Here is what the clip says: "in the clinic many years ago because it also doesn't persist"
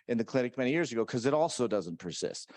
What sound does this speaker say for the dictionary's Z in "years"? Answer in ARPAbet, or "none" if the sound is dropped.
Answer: Z